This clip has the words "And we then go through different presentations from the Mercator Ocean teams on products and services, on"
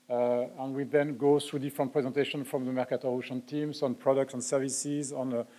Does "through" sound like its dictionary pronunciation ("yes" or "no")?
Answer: no